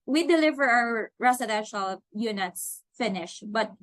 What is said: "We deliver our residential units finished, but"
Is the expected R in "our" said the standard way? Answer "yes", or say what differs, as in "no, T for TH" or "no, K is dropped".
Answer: no, W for R